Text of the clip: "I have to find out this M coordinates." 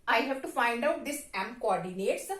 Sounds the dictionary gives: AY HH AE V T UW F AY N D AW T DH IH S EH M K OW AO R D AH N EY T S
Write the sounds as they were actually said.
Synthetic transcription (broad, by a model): AY HH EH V T UW F AY N D AW T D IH S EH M K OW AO R D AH N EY T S